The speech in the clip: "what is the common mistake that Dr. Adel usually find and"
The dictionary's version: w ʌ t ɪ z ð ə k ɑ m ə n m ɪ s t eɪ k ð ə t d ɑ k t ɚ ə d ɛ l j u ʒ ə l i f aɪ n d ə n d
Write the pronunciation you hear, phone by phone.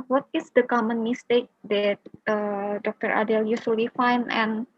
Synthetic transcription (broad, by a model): w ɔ t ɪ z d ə k ɑ m ə n m ɪ s t eɪ k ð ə t d ɑ k t ɚ ə d ɛ l j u s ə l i f aɪ n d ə n